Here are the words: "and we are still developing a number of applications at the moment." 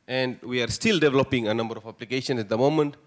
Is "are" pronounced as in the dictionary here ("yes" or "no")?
yes